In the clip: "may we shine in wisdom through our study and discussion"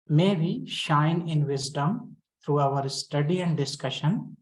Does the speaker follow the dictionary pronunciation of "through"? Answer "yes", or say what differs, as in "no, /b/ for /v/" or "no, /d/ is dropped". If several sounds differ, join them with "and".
no, /t/ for /θ/